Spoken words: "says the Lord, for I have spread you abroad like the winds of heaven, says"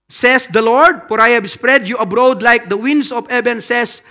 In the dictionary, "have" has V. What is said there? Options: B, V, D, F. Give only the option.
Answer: B